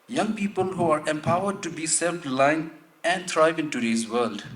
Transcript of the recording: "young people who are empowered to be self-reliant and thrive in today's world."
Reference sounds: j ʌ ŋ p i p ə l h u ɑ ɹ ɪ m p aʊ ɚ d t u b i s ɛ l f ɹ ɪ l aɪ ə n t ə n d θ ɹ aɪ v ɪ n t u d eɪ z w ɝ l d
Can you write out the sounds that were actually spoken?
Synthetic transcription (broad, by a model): j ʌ ŋ p i p ə l h u ɑ ɹ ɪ m p aʊ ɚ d t u b i s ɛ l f l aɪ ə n ə n d t ɹ aɪ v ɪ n t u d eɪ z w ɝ l d